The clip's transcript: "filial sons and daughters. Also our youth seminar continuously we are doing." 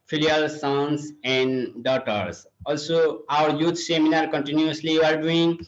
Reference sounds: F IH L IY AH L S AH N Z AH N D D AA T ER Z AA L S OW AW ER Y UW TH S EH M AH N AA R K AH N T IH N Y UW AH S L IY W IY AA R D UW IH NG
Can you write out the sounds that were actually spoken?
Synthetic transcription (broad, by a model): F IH L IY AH L S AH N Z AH N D D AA T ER S AA L S OW AW ER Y UW T S EH M AH N AA R K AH N T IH N Y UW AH S L IY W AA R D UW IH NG